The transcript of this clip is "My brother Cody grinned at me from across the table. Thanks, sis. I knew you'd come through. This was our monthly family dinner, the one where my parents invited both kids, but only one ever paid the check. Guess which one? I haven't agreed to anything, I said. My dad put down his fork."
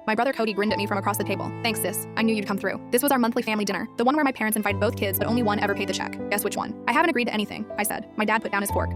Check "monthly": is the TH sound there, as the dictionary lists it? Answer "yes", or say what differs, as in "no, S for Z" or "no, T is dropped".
yes